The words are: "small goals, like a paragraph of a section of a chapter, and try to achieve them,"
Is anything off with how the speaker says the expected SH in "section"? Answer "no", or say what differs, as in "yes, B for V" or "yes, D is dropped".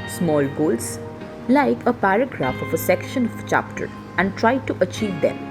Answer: no